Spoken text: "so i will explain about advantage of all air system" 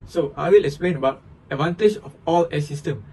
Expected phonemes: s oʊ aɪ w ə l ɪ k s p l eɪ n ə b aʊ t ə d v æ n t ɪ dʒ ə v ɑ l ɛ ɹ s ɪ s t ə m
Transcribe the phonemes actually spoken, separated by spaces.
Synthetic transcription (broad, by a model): s oʊ aɪ w ə l ɪ k s p l eɪ n ə b aʊ t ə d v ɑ n t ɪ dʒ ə f ɑ l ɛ s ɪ s t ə m